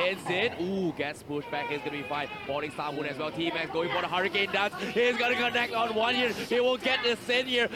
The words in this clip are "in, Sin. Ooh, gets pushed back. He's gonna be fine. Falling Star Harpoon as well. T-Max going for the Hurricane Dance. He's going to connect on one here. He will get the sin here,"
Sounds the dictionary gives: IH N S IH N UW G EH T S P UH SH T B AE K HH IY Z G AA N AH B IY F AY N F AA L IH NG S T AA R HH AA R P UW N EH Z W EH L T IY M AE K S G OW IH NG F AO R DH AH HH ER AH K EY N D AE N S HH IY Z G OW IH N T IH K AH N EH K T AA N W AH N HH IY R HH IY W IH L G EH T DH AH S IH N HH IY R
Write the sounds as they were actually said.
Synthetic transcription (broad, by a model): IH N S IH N UW G EH T S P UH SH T B AE K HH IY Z G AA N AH B IY F AY N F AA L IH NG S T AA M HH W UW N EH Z W EH L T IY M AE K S G OW IH NG F AO R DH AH HH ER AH K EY N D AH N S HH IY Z G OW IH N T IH K AH N EH K T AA N W AH N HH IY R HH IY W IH N G EH T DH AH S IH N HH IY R